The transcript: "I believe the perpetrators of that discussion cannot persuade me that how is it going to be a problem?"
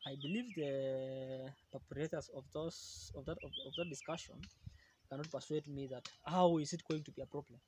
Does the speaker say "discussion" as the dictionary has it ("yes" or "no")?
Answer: yes